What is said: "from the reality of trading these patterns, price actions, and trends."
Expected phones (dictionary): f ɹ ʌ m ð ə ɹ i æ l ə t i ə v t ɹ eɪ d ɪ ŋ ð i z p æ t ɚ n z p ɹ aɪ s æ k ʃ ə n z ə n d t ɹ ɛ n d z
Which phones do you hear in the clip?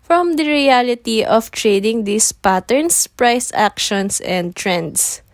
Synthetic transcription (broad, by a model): f ɹ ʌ m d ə ɹ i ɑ l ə t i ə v t ɹ eɪ d ɪ ŋ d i s p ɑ t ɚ n s p ɹ aɪ s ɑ k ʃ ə n s ə n d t ɹ ɛ n d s